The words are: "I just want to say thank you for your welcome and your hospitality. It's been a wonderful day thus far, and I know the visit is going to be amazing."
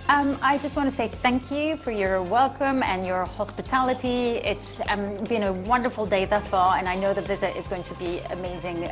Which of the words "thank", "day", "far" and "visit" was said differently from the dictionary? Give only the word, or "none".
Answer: far